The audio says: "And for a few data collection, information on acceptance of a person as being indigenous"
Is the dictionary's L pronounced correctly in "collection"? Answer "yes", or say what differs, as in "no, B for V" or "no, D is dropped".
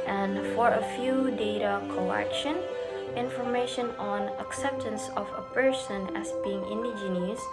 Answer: no, L is dropped